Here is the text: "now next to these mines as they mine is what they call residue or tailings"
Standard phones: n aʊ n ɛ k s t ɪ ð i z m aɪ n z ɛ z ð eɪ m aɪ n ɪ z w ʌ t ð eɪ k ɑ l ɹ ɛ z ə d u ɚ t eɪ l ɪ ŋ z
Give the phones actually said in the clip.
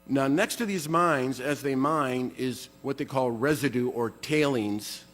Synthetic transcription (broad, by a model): n aʊ n ɛ k s t ɪ ð i z m aɪ n z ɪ z ð eɪ m aɪ n ɪ z w ʌ t ð eɪ k ɑ l ɹ ɛ z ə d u ɚ t eɪ l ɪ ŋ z